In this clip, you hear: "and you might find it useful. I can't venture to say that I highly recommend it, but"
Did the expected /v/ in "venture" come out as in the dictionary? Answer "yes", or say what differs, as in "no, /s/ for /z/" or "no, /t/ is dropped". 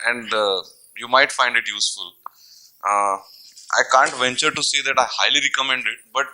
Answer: yes